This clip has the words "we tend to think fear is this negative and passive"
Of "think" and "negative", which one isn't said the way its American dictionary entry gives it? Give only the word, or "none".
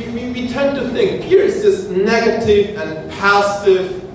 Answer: none